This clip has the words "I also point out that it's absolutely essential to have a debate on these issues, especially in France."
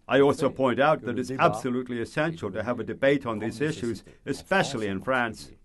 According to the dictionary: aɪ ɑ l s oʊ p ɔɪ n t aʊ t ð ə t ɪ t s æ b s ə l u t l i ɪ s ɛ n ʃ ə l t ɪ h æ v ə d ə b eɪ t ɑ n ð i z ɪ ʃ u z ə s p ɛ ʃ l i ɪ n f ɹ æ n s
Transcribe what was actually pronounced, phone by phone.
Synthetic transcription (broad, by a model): aɪ ɑ l s oʊ p ɔɪ n t aʊ t ð ə t ɪ t s æ b s ə l u t l i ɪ s ɛ n ʃ l t ɪ v ə d ə b eɪ t n ð i z ɪ ʃ u z ə s p ɛ ʃ l i ɪ n f ɹ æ n s